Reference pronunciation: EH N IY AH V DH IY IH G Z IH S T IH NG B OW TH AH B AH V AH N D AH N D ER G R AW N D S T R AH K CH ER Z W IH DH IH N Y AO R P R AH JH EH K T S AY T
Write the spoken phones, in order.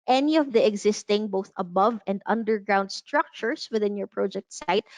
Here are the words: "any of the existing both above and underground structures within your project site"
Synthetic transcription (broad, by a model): EH N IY AH V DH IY IH G Z IH S T IH NG B OW TH AH B AH V AH N D AH N D ER G R AW N D S T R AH K CH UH S W IH DH IH N Y AO R P R AH JH EH K T S AY T